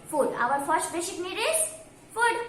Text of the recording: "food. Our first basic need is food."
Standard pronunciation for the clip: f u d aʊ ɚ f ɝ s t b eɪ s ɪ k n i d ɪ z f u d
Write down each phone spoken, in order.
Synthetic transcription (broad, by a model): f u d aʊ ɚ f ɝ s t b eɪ ʃ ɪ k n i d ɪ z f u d